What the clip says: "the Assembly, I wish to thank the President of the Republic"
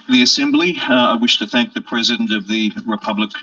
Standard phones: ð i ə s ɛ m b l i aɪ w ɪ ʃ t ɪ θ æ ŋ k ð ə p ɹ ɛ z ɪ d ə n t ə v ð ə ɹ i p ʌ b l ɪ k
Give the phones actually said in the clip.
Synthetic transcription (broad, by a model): ð i ə s ɛ m b l i aɪ w ɪ ʃ t ɪ θ æ ŋ k ð ə p ɹ ɛ z ɪ d ə n t ə v ð ə ɹ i p ʌ b l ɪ k